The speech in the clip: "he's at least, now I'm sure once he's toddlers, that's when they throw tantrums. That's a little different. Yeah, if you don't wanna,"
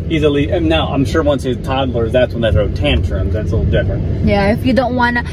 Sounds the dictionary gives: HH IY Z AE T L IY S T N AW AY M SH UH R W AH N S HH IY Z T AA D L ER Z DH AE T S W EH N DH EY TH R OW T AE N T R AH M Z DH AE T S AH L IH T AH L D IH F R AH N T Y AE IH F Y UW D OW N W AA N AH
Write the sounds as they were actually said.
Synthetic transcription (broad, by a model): IY Z L IY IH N N AW AY M SH UH R W AH N S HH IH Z T AA D L ER Z DH AE T S W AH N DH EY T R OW T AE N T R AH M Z DH AE T S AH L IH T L D IH F R AH N T Y AE IH F Y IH D OW N W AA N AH